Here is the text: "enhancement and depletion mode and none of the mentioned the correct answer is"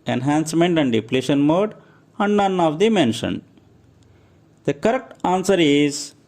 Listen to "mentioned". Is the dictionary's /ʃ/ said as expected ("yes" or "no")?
yes